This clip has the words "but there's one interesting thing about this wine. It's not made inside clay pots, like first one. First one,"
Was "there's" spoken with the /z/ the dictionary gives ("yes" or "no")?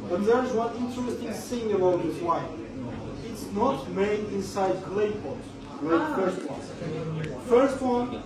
yes